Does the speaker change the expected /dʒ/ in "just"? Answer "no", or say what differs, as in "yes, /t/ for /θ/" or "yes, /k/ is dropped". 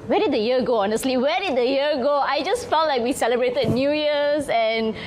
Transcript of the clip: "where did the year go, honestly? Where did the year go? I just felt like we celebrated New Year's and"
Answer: no